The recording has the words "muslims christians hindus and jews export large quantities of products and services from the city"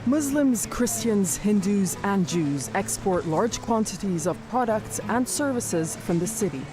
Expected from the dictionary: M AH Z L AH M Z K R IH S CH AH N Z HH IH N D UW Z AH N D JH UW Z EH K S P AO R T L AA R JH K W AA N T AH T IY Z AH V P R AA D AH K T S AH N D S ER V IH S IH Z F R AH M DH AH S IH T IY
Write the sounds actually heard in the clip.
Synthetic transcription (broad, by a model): M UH Z L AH M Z K R IH S CH AH N Z HH IH N D UW Z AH N JH UW Z EH K S P AO R T L AA R JH K W AA N T AH T IY Z AH V P R AA D AH K T S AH N S ER V IH S IH Z F R AH M DH AH S IH T IY